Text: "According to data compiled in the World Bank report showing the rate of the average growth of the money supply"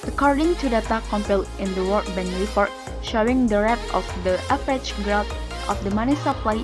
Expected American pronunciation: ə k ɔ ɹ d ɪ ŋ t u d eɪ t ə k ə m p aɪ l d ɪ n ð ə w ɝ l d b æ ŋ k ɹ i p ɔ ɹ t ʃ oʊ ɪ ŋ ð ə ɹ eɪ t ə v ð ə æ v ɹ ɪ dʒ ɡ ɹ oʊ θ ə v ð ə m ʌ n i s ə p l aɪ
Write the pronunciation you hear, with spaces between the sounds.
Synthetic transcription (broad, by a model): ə k ɔ ɹ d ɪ ŋ t u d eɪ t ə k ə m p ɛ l ɪ n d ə w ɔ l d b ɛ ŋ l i f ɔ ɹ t ʃ oʊ ɪ ŋ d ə ɹ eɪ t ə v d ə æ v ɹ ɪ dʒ ɡ ɹ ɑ t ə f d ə m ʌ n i s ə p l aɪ